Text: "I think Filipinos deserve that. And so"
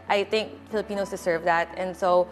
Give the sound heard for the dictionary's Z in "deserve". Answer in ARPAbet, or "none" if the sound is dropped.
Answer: S